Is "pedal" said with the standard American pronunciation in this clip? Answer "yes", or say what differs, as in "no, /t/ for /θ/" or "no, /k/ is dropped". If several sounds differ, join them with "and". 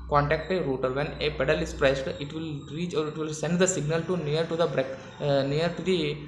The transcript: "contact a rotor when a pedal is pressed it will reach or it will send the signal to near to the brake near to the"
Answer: yes